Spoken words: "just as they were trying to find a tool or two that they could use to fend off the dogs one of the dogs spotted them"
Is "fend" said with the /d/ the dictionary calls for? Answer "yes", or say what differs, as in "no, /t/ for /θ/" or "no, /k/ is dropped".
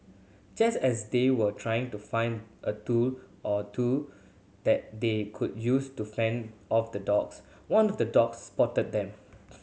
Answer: yes